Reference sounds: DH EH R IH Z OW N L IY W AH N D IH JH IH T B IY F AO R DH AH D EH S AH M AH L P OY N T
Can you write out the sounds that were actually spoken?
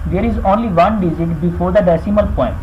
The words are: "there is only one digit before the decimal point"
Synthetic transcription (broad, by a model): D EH R IH Z OW N L IY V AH N D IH Z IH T B IY F AO R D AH D EH S AH M AH L P OY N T